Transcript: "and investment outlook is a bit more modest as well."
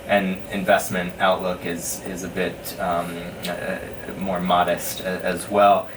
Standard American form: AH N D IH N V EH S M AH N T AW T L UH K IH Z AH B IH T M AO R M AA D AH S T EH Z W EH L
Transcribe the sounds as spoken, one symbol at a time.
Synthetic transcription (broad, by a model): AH N IH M V EH S M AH N T AW T L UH K IH Z AH B IH T M AO R M AA D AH S T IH Z W EH L